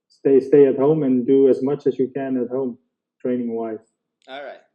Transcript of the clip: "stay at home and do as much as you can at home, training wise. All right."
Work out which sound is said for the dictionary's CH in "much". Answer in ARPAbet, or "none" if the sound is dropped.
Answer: CH